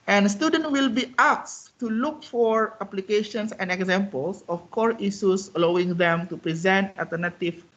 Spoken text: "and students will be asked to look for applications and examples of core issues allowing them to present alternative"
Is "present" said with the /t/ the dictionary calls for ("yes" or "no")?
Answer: yes